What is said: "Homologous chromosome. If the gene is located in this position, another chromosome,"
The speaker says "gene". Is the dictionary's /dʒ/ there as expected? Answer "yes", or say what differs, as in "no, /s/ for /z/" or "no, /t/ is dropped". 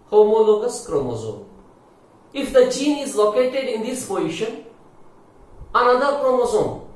no, /tʃ/ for /dʒ/